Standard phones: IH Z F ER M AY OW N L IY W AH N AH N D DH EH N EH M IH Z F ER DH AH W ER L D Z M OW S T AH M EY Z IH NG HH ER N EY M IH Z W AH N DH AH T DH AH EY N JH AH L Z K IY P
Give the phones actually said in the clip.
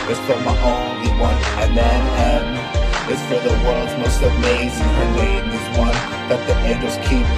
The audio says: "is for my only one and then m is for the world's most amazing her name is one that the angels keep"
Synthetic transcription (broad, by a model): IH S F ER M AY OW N IY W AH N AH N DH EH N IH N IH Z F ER DH AH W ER D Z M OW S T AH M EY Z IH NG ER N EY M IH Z W AH N DH AH T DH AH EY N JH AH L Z K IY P